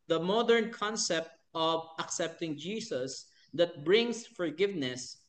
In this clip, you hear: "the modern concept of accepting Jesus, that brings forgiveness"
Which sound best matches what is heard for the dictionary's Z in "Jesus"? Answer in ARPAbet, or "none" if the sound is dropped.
S